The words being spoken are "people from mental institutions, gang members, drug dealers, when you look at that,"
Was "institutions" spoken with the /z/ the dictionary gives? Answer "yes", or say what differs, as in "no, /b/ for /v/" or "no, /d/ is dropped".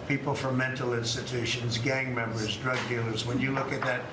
yes